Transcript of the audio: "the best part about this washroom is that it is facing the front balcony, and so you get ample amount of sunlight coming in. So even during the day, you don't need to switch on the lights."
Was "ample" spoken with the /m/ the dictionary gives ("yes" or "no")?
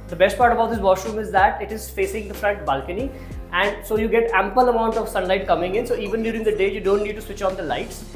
yes